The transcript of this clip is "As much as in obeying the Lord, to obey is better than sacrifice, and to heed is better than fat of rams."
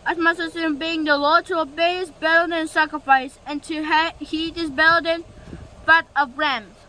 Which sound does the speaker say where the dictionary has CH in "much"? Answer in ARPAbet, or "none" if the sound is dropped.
S